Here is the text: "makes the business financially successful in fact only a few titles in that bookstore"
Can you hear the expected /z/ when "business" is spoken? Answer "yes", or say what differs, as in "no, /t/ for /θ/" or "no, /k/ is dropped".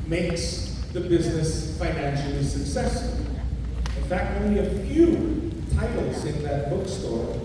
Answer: yes